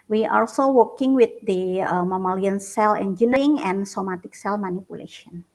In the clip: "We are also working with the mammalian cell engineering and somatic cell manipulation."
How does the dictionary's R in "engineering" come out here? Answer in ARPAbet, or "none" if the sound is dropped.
none